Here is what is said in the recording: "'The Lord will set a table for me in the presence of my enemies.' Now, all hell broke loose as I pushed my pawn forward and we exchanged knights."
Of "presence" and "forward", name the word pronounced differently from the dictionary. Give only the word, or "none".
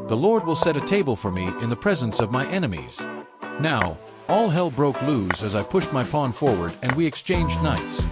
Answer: none